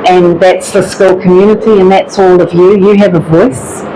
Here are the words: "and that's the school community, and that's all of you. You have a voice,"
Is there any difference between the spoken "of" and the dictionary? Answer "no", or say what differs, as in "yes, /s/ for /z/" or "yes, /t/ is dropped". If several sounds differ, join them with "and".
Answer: no